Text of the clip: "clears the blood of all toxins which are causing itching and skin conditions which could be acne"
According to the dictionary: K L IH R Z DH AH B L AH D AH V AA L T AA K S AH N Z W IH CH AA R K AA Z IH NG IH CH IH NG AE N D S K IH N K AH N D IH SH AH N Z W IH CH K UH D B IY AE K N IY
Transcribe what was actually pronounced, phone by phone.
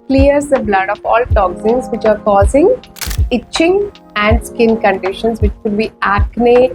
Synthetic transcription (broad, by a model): K L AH R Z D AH B L AH D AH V AA L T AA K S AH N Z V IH CH AA R K AA Z IH NG IH CH IH NG AE N D S K IH N K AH N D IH SH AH N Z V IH CH K UH D B IY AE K N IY